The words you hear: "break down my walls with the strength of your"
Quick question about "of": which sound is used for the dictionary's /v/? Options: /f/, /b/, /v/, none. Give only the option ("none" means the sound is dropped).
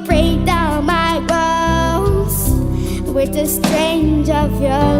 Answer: /v/